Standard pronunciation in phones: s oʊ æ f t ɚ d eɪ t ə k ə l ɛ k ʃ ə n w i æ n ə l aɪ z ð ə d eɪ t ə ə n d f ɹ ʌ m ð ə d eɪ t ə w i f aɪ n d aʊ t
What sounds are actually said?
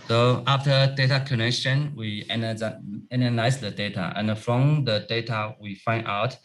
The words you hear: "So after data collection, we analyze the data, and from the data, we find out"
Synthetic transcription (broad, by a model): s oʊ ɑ f t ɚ d eɪ t ə k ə n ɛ k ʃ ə n w i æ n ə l aɪ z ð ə d eɪ t ə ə n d f ɹ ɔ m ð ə d eɪ t ə w i f aɪ n d aʊ t